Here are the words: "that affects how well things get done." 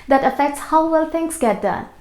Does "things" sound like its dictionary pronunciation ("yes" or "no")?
no